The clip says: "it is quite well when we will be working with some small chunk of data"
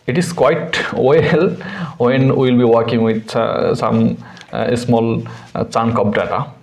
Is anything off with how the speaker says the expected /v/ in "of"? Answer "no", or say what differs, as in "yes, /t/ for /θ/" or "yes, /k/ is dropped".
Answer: yes, /p/ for /v/